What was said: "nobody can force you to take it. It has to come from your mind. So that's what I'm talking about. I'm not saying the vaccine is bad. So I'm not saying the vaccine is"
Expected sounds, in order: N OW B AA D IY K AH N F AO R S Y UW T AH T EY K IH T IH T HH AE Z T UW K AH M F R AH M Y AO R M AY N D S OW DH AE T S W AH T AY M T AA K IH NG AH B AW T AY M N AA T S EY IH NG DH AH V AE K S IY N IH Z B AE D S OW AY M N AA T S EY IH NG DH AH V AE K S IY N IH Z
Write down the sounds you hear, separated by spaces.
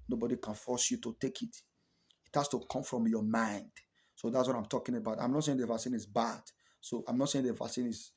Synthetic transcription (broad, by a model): N OW B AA D IY K AH N F AO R S Y UW T AH T EY K IH T IH T HH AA S T UW K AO M F R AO M Y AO M AY N D S OW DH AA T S W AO T AY M T AA K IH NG AH B AW T AY M N AA T S EY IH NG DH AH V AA S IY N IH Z B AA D S OW AY M N AA T S EY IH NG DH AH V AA S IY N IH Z